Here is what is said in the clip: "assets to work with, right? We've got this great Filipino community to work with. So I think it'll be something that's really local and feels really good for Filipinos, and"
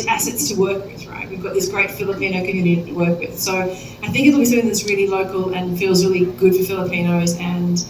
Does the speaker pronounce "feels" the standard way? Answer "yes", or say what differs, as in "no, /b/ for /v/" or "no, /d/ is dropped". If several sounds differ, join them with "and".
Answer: yes